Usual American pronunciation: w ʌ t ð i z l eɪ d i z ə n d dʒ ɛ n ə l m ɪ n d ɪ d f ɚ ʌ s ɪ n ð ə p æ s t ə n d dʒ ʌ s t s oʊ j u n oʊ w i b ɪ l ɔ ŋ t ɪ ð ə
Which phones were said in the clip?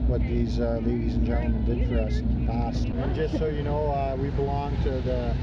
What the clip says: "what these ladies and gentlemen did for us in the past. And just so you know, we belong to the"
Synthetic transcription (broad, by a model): w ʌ t ð i z l eɪ d i z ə n dʒ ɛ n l m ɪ n d ɪ d f ɚ ʌ s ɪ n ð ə p æ s t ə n dʒ ʌ s t s oʊ j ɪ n oʊ w i b ɪ l ɔ ŋ t ɪ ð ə